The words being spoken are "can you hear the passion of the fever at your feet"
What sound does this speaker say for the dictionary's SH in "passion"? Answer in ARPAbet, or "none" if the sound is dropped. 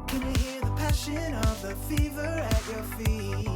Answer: SH